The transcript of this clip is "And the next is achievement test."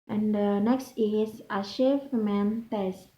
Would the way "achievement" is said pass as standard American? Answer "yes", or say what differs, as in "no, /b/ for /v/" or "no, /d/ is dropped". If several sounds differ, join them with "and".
no, /ʃ/ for /tʃ/